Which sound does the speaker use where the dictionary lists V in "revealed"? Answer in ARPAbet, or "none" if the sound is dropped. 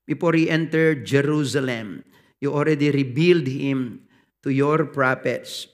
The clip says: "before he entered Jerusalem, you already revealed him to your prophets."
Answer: B